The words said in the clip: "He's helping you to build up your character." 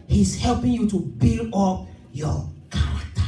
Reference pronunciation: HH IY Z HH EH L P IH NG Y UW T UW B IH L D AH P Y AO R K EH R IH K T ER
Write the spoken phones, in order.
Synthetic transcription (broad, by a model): HH IY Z HH EH L P IH NG Y UW T UW B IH L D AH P Y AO K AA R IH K T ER